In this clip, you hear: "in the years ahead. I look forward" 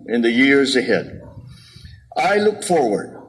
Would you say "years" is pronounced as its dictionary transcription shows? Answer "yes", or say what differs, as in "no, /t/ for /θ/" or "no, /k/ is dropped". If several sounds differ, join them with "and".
yes